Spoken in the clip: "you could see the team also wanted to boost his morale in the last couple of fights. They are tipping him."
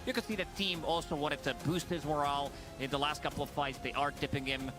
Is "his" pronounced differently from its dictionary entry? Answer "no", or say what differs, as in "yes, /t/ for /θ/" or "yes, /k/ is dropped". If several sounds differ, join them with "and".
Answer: no